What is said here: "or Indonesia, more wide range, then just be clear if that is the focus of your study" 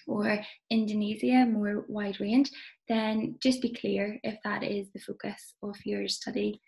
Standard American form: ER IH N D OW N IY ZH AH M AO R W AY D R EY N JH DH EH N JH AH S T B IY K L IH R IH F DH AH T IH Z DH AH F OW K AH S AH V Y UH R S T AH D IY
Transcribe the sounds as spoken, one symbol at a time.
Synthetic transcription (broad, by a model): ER IH N D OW N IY Z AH M AO R W AY D R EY N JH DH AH N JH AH S B IY K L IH R IH F DH AH T IH Z DH AH F OW K AH S AH V Y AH R S T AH D IY